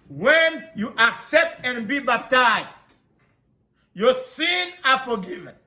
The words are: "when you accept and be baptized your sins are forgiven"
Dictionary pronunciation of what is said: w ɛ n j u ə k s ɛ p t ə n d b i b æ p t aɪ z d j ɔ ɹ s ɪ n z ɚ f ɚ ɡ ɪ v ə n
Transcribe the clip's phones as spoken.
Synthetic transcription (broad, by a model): w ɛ n j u ə k s ɛ p t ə n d b i b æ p t aɪ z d j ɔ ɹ s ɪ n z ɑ f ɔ ɡ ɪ v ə n